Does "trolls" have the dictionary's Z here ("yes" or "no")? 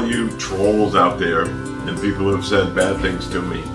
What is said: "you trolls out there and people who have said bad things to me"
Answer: yes